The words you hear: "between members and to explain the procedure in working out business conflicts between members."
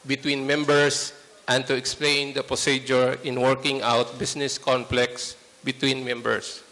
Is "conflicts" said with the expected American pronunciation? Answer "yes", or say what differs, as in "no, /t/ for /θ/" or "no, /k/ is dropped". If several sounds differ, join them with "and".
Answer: no, /p/ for /f/